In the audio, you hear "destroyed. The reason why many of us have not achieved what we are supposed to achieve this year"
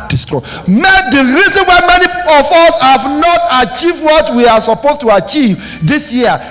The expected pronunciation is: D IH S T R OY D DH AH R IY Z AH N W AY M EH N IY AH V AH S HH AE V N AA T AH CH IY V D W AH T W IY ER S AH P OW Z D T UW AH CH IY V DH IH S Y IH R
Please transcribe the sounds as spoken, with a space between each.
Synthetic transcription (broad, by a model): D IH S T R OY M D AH R IY Z AH N W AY M EH N IY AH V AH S HH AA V N AA T AH CH IY V D W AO T W IY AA S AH P OW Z T UW AH CH IY V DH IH S Y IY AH